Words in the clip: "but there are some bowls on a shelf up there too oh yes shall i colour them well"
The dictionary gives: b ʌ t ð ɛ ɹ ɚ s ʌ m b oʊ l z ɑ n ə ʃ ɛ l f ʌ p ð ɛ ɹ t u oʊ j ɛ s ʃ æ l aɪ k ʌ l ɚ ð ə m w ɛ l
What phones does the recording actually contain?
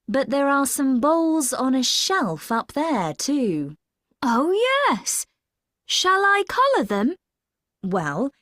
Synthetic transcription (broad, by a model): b ʌ t ð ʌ ɹ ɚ s ʌ m b oʊ l z n ə ʃ ɛ l f ʌ p ð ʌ ɹ t u oʊ j ɛ s ʃ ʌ l aɪ k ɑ l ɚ ð ə m w ɛ l